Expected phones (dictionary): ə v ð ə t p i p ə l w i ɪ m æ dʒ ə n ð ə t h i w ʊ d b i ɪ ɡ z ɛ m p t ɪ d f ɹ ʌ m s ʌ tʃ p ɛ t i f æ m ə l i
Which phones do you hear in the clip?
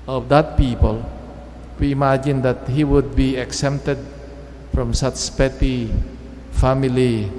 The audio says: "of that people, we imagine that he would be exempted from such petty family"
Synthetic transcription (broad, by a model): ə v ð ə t p i p ə l w i m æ dʒ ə n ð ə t h i w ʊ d b i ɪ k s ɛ p t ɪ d f ɹ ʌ m s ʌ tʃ p ɛ t i f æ m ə l i